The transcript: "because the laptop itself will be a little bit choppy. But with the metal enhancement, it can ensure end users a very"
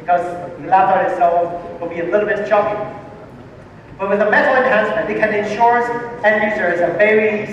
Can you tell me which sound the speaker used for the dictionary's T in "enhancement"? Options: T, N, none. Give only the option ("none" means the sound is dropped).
none